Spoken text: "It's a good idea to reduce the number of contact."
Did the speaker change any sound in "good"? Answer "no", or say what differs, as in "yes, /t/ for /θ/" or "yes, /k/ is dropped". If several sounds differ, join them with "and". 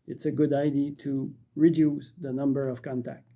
no